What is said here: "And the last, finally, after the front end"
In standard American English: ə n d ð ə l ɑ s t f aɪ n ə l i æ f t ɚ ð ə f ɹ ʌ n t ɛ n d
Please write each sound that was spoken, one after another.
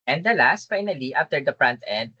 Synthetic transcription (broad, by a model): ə n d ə l ɑ s t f aɪ n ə l i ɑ f t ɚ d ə p ɹ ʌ n t ɛ n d